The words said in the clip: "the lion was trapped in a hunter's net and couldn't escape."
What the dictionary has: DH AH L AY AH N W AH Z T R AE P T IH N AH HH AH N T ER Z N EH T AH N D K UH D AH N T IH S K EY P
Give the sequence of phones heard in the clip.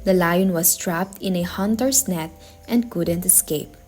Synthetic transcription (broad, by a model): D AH L AY AH N W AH S T R AE P T IH N AH HH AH N T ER S N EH T AH N D K UH D AH N T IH S K EY P